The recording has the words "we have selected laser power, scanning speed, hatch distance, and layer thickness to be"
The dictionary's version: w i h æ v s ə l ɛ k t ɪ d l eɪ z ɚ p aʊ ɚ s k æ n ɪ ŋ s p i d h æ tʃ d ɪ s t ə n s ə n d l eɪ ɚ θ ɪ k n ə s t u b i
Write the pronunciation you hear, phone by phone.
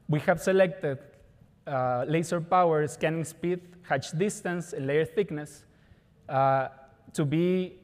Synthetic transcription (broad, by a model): w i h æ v s ə l ɛ k t ɪ d l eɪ s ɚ p aʊ ɚ s k æ n ɪ ŋ s p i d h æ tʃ d ɪ s t ə n s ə n l eɪ ɚ θ ɪ k n ə s t u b i